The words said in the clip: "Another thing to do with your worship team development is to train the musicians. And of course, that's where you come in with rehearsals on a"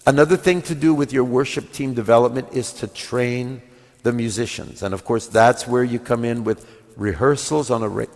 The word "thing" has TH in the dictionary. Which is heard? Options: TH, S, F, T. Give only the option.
TH